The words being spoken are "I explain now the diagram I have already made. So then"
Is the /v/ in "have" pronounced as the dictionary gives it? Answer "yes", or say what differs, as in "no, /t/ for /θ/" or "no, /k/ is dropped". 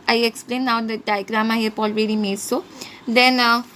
no, /p/ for /v/